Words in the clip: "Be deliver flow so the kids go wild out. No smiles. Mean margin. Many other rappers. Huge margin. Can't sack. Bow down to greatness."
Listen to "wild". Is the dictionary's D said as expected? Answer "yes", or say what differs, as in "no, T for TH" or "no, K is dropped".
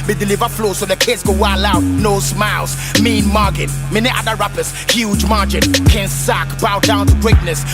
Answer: no, D is dropped